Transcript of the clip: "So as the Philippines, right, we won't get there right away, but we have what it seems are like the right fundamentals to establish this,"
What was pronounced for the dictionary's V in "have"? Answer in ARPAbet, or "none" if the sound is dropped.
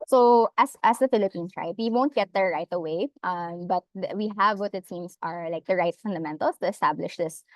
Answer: V